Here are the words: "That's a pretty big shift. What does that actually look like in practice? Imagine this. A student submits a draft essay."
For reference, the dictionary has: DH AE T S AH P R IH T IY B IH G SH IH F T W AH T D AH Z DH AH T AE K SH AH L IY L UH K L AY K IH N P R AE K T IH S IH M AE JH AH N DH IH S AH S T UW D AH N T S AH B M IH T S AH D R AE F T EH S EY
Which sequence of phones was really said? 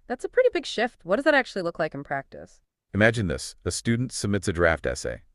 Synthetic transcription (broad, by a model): DH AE T S AH P R IH T IY B IH G SH IH F T W AH T D AH Z DH AH T AE K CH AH L IY L UH K L AY K N P R AE K T IH S IH M AE JH AH N DH IH S AH S T UW D N T S AH B M IH T S AH D R AE F T EH S EY